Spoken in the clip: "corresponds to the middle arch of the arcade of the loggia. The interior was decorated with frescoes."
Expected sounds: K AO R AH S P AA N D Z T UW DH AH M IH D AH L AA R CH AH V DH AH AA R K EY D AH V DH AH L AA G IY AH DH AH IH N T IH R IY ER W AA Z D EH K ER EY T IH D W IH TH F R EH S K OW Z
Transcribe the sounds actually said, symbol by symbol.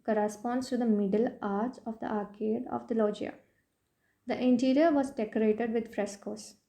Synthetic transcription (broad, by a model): K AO R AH S P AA N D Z T UW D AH M IH D AH L AA R S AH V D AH AA R K EY D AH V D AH L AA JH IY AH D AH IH N T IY R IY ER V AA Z D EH K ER EY T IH D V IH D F R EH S K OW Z